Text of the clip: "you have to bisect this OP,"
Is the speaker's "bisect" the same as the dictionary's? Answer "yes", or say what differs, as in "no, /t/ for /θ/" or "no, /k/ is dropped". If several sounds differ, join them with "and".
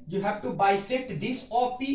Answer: no, /k/ is dropped